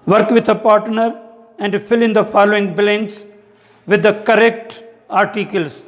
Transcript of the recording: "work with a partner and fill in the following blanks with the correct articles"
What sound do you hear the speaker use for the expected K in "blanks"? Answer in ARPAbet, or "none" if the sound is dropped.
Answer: none